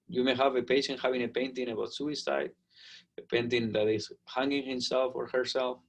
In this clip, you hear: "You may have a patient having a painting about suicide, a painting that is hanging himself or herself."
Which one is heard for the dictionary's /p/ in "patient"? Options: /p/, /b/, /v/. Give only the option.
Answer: /p/